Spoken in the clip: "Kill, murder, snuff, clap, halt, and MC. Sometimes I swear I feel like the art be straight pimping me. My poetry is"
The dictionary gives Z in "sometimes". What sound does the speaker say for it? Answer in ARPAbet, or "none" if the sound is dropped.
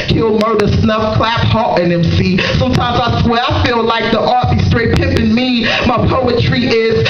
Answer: Z